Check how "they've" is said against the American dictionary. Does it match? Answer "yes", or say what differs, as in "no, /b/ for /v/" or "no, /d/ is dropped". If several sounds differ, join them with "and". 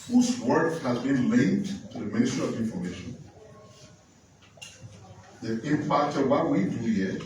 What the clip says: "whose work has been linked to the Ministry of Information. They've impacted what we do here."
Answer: no, /v/ is dropped